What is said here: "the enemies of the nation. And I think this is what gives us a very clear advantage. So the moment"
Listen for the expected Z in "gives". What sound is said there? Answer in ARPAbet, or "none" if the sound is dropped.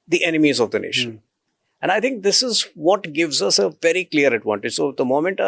Z